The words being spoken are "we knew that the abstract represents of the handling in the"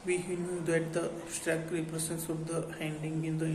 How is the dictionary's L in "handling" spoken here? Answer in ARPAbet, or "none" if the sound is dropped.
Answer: none